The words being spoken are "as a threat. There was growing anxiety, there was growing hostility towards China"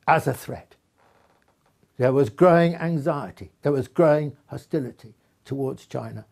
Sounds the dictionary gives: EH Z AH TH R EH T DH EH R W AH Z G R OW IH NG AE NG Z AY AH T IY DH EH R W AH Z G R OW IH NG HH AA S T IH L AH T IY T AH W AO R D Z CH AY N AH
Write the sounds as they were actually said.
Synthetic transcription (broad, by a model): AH Z AH TH R EH T DH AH R W AH Z G R OW IH NG AE NG Z AY AH T IY DH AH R W AH Z G R OW IH NG HH AA S T IH L AH T IY T AH W AO R D Z CH AY N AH